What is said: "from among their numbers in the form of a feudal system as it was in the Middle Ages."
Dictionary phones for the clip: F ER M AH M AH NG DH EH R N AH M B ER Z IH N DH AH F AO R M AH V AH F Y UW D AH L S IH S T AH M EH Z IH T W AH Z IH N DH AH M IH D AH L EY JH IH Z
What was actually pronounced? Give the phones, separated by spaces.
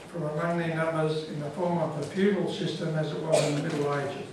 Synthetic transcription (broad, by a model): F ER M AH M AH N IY N AH M B ER Z IH N DH AH F AO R M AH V AH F Y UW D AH L S IH S T AH M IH Z IH T W AH Z IH N DH AH M IH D L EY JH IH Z